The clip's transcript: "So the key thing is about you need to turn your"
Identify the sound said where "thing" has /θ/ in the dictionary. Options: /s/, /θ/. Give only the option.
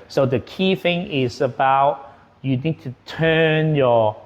/θ/